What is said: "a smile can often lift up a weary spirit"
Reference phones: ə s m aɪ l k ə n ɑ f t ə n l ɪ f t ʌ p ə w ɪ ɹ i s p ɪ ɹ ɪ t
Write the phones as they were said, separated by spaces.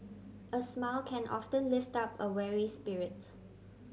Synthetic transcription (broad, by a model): ə s m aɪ l k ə n ɑ f t ə n l ɪ f t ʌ p ə w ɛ ɹ i s p ɪ ɹ ɪ t